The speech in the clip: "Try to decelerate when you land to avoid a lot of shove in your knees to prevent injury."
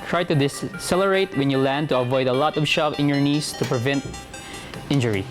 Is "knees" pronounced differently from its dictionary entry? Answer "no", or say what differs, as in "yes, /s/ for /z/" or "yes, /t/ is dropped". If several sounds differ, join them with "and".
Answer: yes, /s/ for /z/